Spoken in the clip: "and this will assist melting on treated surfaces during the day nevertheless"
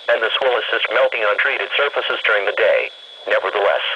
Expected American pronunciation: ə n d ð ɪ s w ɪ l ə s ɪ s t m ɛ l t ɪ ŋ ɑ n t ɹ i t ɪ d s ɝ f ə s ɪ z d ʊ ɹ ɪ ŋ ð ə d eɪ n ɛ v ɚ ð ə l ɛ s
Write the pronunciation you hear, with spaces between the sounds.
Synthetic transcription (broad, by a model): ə n ð ɪ s w ɪ l ə s ɪ s t m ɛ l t ɪ ŋ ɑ n t ɹ i t ɪ d s ɝ f ə s ɪ z d ʊ ɹ ɪ ŋ ð ə d eɪ n ɛ v ɚ ð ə l ɛ s